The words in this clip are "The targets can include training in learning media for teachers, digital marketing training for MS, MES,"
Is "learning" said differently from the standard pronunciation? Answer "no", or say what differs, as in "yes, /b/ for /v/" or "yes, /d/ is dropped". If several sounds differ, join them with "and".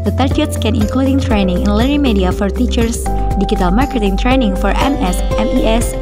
yes, /n/ is dropped